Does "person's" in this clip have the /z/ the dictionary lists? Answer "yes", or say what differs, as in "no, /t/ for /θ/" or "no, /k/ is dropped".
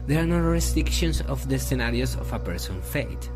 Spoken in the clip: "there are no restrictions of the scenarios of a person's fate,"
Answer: no, /z/ is dropped